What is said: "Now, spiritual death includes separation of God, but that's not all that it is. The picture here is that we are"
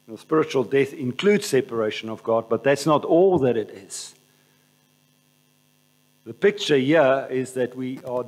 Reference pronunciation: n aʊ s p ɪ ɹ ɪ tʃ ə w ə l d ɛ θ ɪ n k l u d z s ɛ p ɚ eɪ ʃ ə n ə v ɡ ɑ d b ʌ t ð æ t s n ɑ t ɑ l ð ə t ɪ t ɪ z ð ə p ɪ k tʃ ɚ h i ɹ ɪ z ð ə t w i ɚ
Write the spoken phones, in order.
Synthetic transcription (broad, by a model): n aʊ s p ɪ ɹ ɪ tʃ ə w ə l d ɛ θ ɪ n k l u d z s ɛ p ɚ eɪ ʃ ə n ə v ɡ ɑ d b ʌ t ð æ t s n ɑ t ɑ l ð ə t ɪ t ɪ z ð ə p ɪ k tʃ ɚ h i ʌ ɪ z ð ə t w i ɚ